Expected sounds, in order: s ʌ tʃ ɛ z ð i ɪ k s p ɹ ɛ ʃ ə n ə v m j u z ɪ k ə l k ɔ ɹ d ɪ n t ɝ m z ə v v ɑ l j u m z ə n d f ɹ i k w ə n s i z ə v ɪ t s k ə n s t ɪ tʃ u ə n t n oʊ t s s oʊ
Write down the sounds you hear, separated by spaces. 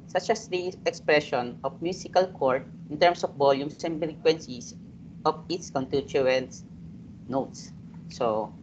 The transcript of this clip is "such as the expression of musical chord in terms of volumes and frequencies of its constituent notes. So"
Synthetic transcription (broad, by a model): s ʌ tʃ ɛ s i ɪ k s p ɹ ɛ ʃ ə n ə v m j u s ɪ k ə l k ɔ ɹ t ɪ n t ɝ m s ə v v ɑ l j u m s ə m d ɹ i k w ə n s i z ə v ɪ t s k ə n t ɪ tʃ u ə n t n oʊ t s s oʊ